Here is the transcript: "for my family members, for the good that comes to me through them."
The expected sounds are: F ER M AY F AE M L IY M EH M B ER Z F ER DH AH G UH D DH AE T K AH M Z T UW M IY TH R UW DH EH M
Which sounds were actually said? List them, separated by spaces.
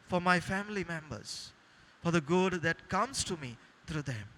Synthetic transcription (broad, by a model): F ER M AY F AE M L IY M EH M B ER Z F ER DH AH G UH D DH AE T K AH M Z T UW M IY T R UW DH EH M